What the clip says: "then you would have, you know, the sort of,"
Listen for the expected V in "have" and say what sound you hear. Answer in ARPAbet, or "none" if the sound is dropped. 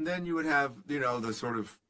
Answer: V